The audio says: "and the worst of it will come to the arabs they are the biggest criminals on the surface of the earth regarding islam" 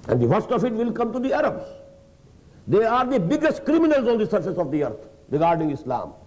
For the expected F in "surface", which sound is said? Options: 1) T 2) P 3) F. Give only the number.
3